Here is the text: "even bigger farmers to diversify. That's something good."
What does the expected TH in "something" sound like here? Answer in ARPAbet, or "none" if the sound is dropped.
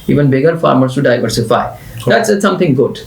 T